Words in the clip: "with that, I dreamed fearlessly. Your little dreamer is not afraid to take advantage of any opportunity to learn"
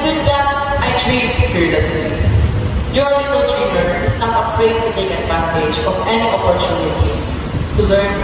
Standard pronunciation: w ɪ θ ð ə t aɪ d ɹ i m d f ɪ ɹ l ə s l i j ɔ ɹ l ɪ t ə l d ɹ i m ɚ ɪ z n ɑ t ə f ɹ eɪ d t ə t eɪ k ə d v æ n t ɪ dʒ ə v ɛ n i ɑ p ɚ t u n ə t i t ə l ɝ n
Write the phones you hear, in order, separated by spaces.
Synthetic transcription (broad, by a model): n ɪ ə t aɪ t ɹ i d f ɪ ɹ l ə s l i j ɔ ɹ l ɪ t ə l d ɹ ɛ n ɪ s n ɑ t ə f ɹ eɪ d t ə t eɪ k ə d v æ n t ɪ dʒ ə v ɛ n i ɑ p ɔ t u n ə t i t ə l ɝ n